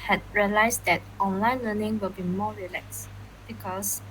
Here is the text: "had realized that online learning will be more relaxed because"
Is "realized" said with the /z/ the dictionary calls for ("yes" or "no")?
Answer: no